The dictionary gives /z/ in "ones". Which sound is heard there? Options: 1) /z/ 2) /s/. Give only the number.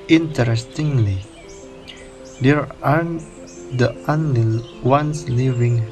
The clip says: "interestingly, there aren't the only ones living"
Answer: 2